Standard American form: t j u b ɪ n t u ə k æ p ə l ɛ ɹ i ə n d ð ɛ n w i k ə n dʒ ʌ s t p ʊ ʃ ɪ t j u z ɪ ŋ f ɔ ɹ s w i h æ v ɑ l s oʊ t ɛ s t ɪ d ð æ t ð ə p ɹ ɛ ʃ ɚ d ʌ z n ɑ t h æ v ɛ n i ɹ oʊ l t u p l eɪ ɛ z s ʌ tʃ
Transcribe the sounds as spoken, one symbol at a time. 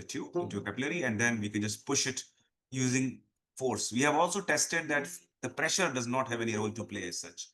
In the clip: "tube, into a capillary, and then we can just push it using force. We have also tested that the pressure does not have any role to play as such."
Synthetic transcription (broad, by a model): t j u ɪ n t u ə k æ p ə l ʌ ɹ i ə n d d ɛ n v i k ə n dʒ ʌ s t p ʊ ʃ ɪ t j u z ɪ ŋ f ɔ ɹ s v i h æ v ɑ l s oʊ t ɛ s t ɪ d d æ t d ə p ɹ ɛ ʃ ɚ d ʌ z n ɑ t h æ v ɛ n i ɹ oʊ l t u p l eɪ ɛ z s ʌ tʃ